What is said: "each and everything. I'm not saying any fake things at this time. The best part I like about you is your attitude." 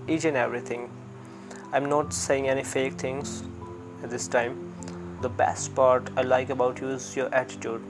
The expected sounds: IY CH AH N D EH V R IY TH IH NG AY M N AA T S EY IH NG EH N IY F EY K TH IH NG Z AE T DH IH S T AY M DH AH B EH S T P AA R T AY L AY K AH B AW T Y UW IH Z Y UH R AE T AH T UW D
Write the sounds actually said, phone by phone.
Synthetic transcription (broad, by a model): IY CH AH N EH V R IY T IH NG AY M N AA T S EY IH NG EH N IY F EY K T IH NG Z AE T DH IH S T AY M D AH B EH S T P AA R T AY L AY K AH B AW T Y UW IH Z Y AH R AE T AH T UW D